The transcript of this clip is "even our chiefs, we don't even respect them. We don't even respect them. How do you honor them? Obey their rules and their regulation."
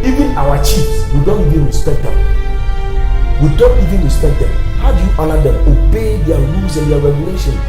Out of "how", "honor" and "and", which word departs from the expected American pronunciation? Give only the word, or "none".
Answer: honor